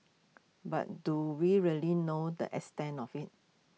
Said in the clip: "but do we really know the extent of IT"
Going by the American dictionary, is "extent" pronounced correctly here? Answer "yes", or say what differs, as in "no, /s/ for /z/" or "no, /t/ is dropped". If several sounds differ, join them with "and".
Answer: no, /k/ is dropped and /t/ is dropped